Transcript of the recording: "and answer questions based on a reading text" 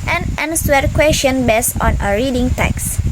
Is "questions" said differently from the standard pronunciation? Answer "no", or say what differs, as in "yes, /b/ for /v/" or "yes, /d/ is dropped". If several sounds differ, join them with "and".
yes, /z/ is dropped